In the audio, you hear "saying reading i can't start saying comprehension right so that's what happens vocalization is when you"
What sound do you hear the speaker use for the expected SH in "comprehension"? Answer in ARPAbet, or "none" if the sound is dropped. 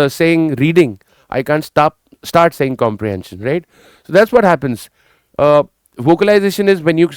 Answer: SH